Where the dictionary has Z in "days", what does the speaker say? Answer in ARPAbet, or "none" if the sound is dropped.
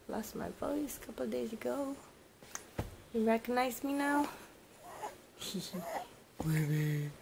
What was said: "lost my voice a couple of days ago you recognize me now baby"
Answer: Z